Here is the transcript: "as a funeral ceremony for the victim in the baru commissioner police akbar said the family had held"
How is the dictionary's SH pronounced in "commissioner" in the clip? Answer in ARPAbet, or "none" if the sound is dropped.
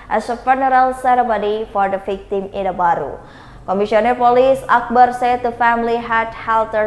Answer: S